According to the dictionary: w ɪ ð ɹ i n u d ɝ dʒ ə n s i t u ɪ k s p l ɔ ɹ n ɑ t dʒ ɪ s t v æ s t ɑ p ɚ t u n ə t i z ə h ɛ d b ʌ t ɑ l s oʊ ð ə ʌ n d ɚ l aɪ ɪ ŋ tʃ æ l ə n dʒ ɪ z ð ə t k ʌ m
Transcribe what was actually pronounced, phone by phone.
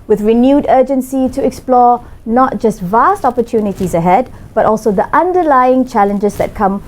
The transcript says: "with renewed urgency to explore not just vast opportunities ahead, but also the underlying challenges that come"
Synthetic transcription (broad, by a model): w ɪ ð ɹ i n u d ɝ dʒ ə n s i t u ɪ k s p l ɔ n ɑ t dʒ ɪ s t v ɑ s t ɑ p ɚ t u n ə t i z ə h ɛ d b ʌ t ɑ l s oʊ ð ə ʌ n d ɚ l aɪ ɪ ŋ tʃ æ l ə n dʒ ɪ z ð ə t k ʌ m